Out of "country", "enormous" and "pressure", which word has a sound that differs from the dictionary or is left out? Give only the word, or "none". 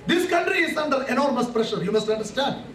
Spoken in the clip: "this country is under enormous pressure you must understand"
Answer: none